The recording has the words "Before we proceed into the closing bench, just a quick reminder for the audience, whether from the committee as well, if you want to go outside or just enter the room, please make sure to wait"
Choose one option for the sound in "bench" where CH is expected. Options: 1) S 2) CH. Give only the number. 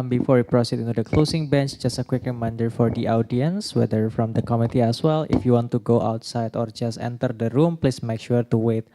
2